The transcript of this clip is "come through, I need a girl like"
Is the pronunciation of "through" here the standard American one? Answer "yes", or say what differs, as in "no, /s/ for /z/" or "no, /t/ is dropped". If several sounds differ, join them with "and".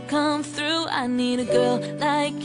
yes